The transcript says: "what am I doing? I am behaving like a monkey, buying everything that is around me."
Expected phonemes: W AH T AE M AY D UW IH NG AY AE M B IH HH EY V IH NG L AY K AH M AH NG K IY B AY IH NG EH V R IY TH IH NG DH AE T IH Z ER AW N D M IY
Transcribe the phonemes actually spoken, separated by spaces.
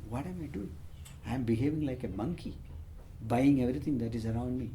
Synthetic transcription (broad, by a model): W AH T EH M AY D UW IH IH M B IH HH EY V IH NG L AY K AH M AH NG K IY B AY IH NG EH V R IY T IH NG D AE T IH Z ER AW N D M IY